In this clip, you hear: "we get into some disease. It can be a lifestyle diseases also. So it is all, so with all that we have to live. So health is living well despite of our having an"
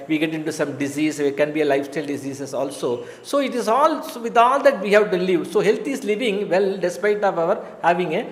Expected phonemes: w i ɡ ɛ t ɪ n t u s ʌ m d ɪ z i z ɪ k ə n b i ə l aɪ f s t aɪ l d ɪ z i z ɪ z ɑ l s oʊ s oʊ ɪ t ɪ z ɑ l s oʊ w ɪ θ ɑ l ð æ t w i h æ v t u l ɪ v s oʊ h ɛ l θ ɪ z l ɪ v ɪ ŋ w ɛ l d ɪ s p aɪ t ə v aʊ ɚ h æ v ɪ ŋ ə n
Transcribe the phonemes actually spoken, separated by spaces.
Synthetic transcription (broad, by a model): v i ɡ ɛ t ɪ n t u s ʌ m d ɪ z i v ɪ k ə n b i ə l aɪ f s t aɪ l d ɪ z i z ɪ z ɑ l s oʊ s oʊ ɪ t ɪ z ɑ l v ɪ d ɑ l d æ t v i h æ v t u l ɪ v s oʊ h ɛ l t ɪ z l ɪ v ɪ ŋ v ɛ l d ɪ s p aɪ t ə v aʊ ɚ h æ v ɪ ŋ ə